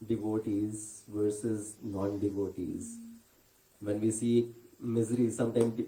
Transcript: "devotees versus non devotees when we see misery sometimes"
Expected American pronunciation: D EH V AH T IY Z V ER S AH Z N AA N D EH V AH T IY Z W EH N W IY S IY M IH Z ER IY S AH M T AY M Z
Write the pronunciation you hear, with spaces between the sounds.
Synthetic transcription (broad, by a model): D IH V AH T IY Z V ER S AH Z N AA N D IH V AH T IY Z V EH N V IY S IY M IH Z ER IY S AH M T AY M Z